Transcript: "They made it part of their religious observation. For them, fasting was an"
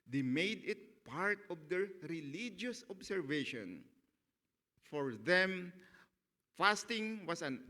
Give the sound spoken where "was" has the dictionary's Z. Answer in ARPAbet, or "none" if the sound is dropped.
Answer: S